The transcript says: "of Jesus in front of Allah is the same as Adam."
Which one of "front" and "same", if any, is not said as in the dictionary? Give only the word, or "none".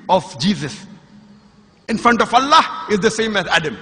none